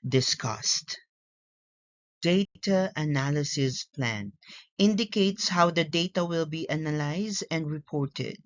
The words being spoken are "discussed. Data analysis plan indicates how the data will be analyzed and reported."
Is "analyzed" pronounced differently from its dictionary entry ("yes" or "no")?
no